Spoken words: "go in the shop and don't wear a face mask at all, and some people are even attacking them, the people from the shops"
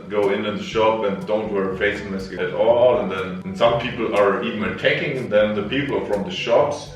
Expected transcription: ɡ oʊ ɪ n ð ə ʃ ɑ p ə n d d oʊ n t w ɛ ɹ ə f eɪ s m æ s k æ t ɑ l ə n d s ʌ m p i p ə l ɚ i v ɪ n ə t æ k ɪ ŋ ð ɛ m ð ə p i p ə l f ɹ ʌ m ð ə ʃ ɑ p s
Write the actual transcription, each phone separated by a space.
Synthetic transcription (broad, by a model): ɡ oʊ ɪ n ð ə ʃ ɑ p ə n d d oʊ n t w ɛ ɹ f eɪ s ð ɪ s æ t ɑ l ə n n s ʌ m p i p l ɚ i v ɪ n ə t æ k ɪ ŋ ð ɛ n ð ə p i p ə f ɹ ʌ m ð ə ʃ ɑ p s